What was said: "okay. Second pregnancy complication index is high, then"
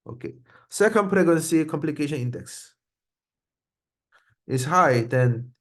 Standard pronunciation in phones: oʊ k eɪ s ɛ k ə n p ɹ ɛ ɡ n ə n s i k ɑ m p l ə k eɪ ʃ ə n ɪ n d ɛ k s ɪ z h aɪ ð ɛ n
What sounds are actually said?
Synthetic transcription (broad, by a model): oʊ k eɪ s ɛ k ə n p ɹ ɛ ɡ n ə n s i k ɑ m p l ə k eɪ ʃ ə n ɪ n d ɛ k s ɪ s h aɪ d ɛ n